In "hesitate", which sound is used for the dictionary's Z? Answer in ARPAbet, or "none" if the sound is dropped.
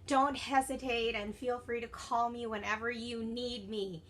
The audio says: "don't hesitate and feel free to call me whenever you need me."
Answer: Z